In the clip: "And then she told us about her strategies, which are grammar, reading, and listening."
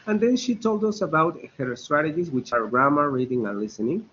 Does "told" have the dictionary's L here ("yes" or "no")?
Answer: yes